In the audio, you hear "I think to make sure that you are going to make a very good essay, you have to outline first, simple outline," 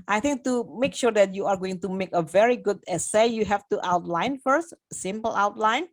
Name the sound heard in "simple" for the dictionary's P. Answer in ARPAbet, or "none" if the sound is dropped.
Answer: P